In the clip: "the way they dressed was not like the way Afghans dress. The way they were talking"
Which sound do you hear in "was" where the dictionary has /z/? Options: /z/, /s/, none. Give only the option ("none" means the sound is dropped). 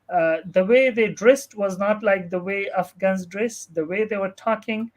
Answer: /z/